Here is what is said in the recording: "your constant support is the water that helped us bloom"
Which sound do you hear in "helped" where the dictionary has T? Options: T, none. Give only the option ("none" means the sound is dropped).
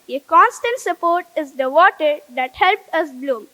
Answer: none